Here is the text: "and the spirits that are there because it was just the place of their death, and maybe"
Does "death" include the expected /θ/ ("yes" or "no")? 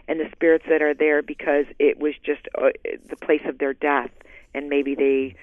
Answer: yes